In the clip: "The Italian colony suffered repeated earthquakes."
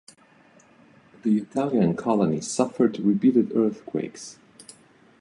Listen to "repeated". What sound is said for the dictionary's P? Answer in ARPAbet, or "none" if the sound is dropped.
B